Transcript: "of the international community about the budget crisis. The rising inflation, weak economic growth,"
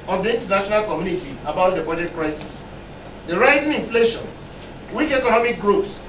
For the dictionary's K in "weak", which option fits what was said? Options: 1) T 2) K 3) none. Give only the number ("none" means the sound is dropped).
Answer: 2